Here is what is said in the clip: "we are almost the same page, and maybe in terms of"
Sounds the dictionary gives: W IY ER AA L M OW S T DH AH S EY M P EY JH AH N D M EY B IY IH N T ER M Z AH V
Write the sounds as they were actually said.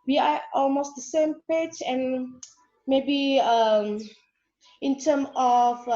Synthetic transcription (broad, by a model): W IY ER AA L M OW S T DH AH S EY M P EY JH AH N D M EY B IY IH N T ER M AH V